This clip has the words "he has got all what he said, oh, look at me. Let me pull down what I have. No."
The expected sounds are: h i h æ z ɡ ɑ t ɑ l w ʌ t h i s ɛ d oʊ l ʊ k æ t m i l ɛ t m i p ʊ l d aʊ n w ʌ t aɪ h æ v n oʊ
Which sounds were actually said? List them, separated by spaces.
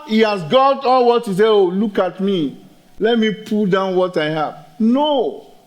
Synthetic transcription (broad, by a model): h i h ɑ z ɡ ɑ t ɑ l w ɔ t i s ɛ oʊ l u k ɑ t m i l ɛ t m i p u l d aʊ n w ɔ t aɪ h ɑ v n oʊ